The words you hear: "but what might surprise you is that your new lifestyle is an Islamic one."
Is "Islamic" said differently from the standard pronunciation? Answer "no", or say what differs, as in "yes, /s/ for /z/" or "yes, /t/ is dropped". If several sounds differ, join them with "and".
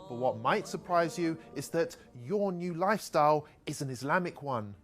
no